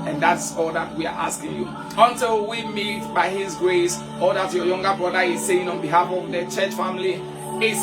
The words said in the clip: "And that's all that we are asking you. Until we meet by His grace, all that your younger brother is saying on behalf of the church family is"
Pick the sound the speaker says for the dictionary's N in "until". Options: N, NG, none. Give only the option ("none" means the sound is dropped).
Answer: N